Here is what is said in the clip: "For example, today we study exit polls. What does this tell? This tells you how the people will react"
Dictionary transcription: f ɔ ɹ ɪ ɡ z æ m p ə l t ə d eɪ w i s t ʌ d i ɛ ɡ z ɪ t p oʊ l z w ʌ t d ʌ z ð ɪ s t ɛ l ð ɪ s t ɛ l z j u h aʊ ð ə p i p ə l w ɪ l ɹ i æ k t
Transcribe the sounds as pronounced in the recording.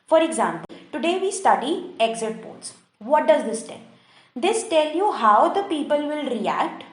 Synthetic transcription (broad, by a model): f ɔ ɹ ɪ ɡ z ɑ m p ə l t ə d eɪ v i s t ʌ d i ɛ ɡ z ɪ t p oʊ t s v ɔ t d ʌ z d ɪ s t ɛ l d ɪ s t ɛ l j u h aʊ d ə p i p ə l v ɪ l ɹ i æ k t